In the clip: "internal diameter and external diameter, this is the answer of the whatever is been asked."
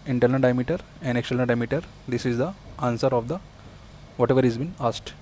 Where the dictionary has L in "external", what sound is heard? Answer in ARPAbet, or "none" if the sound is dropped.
N